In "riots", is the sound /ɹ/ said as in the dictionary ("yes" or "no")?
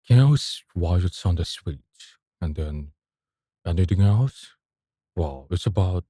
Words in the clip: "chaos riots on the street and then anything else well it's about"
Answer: no